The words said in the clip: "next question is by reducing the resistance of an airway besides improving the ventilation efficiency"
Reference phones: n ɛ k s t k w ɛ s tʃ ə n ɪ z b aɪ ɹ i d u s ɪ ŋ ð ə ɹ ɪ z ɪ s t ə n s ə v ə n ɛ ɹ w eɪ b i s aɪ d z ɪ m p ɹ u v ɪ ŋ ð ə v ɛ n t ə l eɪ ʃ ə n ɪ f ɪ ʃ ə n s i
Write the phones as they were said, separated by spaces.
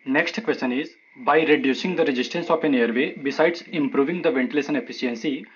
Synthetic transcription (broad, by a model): n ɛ k s t k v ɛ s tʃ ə n ɪ z b aɪ ɹ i d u s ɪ ŋ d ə ɹ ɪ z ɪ s t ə n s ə p ə n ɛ ɹ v eɪ b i s aɪ d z ɪ m p ɹ u v ɪ ŋ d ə v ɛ n t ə l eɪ s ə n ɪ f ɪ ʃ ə n s i